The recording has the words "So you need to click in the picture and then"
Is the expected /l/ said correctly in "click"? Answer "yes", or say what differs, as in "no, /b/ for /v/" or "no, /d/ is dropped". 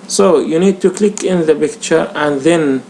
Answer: yes